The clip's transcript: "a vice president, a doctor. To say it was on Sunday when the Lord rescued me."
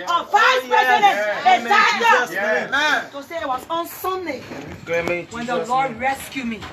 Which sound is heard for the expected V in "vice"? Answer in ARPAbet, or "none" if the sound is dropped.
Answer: P